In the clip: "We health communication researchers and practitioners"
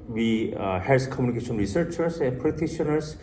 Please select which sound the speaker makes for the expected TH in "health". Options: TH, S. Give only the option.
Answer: S